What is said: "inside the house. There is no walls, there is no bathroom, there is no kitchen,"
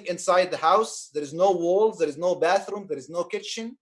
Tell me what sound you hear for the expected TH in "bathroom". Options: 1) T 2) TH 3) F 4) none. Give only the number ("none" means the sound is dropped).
2